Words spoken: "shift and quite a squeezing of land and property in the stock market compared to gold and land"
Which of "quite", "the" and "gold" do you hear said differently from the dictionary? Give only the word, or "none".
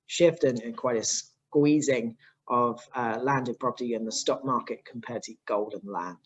none